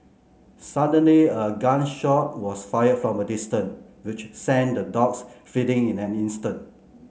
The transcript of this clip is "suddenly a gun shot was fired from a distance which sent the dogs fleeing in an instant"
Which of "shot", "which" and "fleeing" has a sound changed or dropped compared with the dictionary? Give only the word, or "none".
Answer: fleeing